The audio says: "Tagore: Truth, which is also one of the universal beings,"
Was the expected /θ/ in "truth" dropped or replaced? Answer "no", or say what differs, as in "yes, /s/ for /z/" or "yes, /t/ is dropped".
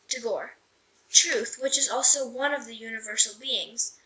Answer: no